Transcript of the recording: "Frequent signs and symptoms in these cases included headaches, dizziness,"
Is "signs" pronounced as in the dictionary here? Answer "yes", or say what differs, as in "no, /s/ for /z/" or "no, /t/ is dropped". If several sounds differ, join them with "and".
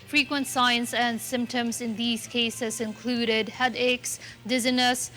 no, /s/ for /z/